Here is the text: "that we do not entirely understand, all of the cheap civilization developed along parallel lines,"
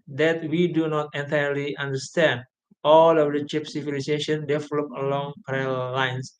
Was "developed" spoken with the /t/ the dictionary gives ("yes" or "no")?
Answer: no